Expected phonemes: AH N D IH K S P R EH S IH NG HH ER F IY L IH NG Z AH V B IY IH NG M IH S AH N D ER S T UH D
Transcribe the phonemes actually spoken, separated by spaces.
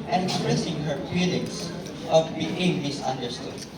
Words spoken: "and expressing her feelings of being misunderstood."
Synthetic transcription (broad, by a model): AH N IH K S P R EH S IH NG HH ER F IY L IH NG S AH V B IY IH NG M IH S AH N D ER S T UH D